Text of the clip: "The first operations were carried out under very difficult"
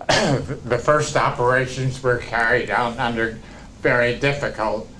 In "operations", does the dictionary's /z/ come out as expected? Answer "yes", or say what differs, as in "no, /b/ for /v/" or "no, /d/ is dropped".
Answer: yes